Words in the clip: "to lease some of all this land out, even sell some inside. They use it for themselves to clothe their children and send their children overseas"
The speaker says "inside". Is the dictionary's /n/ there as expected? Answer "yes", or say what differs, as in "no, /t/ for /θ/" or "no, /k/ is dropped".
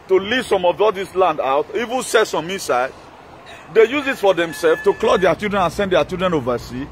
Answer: no, /n/ is dropped